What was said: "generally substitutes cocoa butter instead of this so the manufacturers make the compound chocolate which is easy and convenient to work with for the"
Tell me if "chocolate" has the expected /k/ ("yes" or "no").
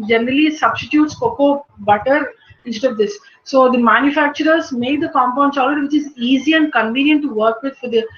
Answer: no